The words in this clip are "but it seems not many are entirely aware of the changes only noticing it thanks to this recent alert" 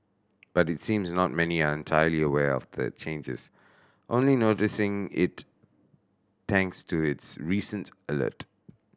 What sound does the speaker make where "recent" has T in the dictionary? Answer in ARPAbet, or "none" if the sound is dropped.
T